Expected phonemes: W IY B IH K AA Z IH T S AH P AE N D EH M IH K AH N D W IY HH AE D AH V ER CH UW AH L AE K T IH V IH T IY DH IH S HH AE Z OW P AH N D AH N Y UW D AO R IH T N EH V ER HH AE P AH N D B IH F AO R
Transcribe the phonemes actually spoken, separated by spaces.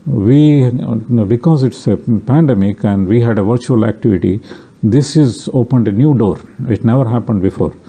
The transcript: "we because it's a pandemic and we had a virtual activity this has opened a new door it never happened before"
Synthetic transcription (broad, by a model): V IY B IH K AA Z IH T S AH P AE N D EH M IH K AH N D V IY HH AE D AH V ER CH UW AH L AE K T IH V IH T IY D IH S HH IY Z OW P AH N D AH N Y UW D AO R IH T N EH V ER HH AE P AH N D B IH F AO R